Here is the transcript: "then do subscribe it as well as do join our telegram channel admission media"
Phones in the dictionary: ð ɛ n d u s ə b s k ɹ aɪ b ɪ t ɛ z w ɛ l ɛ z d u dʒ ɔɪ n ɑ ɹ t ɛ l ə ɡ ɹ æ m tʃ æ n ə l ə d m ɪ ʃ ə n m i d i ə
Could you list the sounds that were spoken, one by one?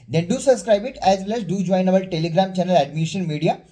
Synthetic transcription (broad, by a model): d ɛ n d u s ə b s k ɹ aɪ b ɪ t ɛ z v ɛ l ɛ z d u dʒ ɔɪ n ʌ l t ɛ l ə ɡ ɹ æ m tʃ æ n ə l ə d m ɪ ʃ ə n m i d i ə